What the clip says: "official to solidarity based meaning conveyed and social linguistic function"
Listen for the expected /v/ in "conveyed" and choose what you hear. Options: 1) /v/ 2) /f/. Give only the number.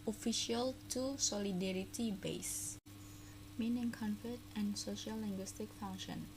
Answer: 2